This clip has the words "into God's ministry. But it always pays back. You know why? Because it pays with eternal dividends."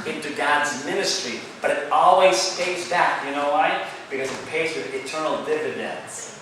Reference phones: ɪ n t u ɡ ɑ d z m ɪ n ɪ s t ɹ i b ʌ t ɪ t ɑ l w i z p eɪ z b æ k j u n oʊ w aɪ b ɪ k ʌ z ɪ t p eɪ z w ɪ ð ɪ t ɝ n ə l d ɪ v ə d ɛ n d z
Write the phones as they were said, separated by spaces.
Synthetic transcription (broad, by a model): ɪ n t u ɡ ɑ d z m ɪ n ɪ s t ɹ i b ʌ t ɪ t ɑ l w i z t eɪ s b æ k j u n oʊ w aɪ b ɪ k ʌ z ɪ t p eɪ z w ɪ ð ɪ t ɝ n l d ɪ v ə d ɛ n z